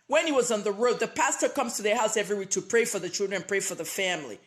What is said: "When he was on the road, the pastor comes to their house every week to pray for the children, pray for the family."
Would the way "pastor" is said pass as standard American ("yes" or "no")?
yes